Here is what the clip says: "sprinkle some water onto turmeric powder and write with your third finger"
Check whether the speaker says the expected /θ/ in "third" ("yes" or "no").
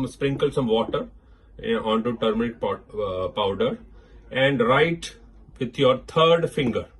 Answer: no